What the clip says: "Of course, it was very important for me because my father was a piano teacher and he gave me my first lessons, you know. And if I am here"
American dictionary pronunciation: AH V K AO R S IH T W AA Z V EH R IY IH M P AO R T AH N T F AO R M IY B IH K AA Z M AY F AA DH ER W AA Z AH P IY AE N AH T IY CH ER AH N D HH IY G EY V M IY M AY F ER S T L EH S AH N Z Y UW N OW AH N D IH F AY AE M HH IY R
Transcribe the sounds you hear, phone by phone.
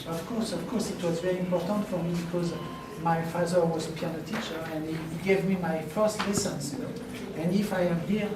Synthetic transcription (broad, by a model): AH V K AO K S IH T W AA Z V EH R IY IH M P AO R T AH N T F AO R M IY B IH K AA Z M AY F AA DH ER W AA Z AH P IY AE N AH T IY CH ER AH N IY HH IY G EY V M IY M AY F ER S T L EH S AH N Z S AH N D IH F AY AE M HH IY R